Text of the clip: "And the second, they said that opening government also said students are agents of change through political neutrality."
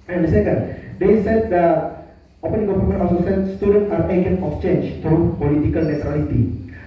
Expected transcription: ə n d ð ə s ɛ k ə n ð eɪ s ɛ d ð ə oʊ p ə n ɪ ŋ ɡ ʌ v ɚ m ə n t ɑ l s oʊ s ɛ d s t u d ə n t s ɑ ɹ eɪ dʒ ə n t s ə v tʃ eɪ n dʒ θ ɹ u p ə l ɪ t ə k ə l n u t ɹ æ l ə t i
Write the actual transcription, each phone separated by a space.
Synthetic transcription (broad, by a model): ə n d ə s ɛ k ə n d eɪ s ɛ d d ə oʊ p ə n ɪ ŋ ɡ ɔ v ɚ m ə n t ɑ s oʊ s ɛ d s t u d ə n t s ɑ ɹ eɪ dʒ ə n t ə f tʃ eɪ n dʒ t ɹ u p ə l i t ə k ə l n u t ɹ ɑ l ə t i